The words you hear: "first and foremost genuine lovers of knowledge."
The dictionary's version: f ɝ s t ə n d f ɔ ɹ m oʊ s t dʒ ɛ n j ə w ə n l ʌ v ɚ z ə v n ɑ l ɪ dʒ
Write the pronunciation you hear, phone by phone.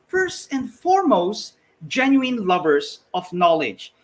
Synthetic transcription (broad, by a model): f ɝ s t ə n d f ɔ ɹ m oʊ s t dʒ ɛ n j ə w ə n l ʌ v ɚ s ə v n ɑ l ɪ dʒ